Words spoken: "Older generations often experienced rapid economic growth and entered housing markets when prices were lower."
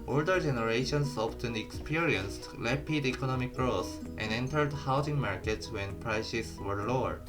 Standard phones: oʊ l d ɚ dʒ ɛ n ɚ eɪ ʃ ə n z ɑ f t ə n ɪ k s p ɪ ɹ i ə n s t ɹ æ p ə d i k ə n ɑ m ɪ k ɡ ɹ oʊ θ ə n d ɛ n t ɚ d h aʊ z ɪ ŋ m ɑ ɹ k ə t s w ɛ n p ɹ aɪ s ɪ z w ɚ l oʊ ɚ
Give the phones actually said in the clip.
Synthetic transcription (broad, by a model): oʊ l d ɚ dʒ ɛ n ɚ eɪ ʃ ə n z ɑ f t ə n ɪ k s p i ɹ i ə n s t l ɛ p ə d i k ə n ɑ m ɪ k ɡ ɹ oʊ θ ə n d ɛ n t ɚ d h aʊ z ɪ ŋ m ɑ ɹ k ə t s w ɛ n p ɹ aɪ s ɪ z w ɚ l oʊ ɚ